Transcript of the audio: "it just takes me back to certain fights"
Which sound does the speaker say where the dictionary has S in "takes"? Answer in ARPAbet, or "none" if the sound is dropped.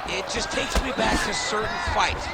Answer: S